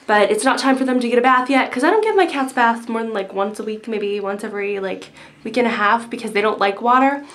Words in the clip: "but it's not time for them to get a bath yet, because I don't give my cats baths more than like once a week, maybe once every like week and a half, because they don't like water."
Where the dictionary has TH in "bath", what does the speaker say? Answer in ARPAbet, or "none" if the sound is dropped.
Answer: TH